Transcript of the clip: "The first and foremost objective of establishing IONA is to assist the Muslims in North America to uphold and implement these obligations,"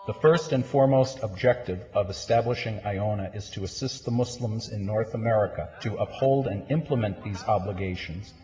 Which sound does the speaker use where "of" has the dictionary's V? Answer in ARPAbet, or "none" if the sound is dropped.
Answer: V